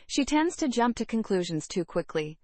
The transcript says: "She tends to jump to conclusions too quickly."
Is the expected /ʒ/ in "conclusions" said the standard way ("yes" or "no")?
yes